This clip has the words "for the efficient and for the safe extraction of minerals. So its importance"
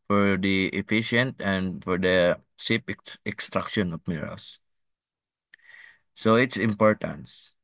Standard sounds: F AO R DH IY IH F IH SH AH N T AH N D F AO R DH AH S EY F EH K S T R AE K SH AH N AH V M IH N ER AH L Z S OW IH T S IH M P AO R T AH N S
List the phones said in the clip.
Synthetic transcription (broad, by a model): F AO R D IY IH F IH SH AH N T AH N D F AO R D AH S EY P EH K S T R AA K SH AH N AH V M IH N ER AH L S S OW IH T S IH M P AO R T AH N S